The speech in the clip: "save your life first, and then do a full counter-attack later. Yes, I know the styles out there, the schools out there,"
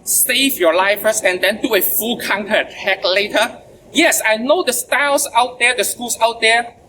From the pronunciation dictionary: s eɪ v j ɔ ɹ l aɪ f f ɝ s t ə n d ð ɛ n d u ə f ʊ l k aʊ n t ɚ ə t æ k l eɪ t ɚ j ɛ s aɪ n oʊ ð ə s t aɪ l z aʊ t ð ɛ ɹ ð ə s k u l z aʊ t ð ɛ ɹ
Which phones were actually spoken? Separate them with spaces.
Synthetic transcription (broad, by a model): s eɪ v j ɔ l aɪ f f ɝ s ə n d ɛ n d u ə f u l k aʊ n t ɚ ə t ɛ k l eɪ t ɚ j ɛ s aɪ n oʊ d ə s t aɪ l s aʊ t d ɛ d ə s k u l s aʊ t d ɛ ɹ